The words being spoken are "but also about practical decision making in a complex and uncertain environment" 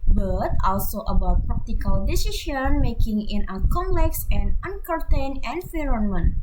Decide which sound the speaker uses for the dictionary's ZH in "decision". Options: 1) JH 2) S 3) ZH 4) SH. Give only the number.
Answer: 4